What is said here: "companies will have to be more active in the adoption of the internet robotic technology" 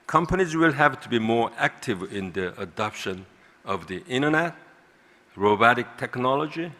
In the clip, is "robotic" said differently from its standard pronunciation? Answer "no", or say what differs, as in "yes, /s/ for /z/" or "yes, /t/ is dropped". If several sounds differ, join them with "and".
no